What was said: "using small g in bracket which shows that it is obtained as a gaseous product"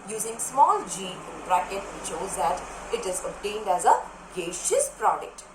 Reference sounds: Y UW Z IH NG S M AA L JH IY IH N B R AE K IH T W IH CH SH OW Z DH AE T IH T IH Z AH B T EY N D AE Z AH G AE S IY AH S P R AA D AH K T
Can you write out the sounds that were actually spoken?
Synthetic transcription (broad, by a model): Y UW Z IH NG S M AA L JH IY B R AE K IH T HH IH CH SH OW Z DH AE T IH T IH Z AH B T EY N D AE Z AH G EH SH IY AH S P R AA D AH K T